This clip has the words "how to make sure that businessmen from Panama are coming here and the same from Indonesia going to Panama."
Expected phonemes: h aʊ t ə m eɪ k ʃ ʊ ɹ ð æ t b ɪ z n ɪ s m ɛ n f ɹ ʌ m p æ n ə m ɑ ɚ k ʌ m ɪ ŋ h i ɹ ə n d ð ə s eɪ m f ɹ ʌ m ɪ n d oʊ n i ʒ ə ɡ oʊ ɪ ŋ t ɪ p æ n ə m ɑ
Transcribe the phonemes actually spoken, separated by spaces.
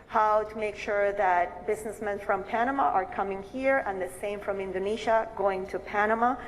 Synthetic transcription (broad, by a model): h aʊ t ə m eɪ k ʃ ʊ ɹ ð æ t b ɪ z n ɪ s m ɛ n f ɹ ʌ m p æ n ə m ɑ ɚ k ʌ m ɪ ŋ h i ɹ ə n ð ə s eɪ m f ɹ ʌ m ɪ n d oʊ n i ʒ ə ɡ oʊ ɪ ŋ t ɪ p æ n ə m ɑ